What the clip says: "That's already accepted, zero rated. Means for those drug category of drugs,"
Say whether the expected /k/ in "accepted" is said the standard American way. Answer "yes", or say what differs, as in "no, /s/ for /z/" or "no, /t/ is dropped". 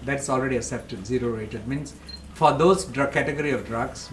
no, /k/ is dropped